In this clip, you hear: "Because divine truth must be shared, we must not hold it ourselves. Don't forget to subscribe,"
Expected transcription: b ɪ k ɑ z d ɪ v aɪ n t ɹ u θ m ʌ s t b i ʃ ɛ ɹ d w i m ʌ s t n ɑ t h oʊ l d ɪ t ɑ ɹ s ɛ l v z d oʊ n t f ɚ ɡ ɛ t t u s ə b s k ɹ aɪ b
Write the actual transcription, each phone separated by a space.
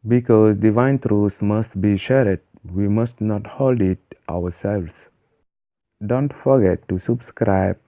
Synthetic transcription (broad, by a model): b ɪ k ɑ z d ɪ v aɪ n t ɹ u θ m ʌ s t b i ʃ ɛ ɹ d w i m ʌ s t n ɑ t h oʊ l d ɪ t ɑ w s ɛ l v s d oʊ n t f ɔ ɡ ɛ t t u s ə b s k ɹ aɪ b